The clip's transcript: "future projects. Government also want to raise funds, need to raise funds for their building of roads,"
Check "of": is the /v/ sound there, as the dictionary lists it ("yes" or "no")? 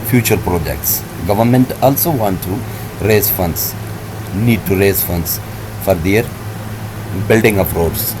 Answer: no